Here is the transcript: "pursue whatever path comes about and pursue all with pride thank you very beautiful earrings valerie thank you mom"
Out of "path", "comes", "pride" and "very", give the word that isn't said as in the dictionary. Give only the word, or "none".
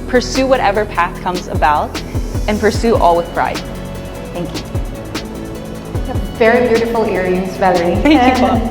none